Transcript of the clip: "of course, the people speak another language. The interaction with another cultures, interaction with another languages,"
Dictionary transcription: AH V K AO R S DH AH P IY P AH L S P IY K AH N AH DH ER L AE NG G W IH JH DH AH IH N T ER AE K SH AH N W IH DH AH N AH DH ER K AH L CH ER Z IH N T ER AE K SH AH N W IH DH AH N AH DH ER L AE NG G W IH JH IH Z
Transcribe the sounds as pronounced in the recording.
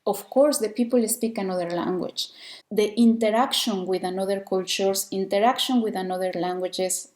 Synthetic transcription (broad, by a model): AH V K AO R S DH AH P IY P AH L S P IY K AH N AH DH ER L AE NG G W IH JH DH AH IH N T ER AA K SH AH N W IH DH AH N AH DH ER K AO L CH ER S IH N T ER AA K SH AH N W IH DH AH N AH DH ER L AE NG G W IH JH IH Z